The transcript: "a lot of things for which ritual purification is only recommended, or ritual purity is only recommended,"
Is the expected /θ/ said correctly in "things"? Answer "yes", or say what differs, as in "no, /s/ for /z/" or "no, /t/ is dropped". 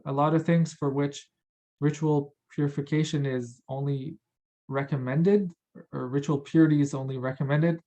yes